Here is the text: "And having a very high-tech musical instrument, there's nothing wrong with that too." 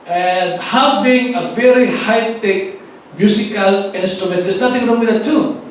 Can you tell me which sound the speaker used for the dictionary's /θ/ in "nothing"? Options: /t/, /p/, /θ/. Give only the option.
/t/